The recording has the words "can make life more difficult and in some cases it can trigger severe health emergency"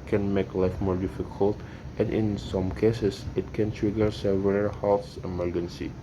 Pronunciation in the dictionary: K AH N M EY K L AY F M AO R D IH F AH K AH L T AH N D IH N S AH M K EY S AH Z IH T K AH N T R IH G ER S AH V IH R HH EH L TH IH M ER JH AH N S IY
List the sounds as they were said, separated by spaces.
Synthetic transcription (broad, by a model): K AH N M EY K L AY F M AO R D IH F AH K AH L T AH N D IH N S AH M K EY S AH S IH T K AH N T R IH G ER S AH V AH L HH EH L S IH M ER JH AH N S IY